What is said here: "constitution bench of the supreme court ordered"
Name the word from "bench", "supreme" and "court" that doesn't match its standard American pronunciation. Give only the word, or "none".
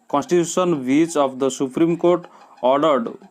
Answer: bench